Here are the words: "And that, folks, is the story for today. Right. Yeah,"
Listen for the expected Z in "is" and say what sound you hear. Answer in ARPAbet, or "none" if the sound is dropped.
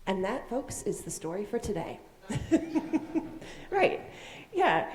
Z